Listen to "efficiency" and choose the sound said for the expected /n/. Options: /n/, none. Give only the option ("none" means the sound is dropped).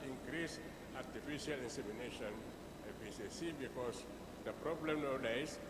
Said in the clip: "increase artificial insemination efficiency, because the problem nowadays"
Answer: none